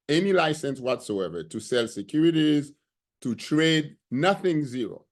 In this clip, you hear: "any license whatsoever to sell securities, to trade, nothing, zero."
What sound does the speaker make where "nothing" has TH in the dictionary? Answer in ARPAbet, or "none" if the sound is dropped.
TH